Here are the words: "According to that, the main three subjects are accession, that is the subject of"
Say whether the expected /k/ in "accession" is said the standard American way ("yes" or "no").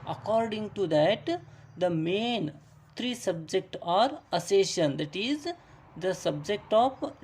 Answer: no